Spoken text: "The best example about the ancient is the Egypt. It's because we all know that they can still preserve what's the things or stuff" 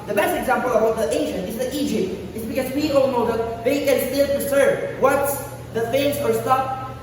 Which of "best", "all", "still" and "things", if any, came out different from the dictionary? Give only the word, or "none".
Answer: things